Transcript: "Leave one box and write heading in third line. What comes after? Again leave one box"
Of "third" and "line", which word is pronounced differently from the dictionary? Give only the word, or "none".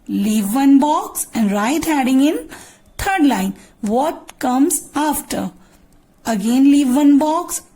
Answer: third